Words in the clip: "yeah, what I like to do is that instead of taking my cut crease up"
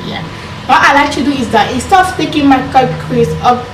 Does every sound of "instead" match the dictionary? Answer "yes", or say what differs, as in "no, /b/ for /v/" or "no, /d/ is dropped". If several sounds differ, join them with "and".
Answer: no, /n/ is dropped